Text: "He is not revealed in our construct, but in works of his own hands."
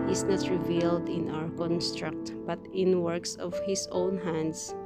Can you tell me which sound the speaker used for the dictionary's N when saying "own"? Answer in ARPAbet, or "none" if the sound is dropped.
N